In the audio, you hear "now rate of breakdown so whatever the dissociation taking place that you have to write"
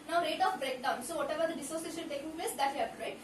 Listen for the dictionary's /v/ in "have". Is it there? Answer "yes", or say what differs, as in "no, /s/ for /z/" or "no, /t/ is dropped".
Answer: no, /p/ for /v/